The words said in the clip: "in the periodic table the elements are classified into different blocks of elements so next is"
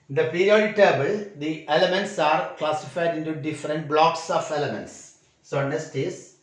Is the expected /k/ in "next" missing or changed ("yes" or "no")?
yes